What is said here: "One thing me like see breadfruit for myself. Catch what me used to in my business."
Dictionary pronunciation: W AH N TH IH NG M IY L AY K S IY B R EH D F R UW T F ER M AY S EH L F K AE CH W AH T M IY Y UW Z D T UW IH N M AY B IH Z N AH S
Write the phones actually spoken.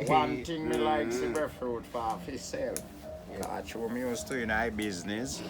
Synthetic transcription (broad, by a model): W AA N T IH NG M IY L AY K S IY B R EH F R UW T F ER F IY S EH L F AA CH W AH M IY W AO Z T UW IH N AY B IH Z N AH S